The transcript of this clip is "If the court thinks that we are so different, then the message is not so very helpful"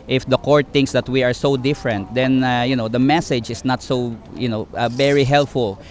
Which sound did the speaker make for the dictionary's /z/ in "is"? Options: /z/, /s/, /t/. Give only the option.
/s/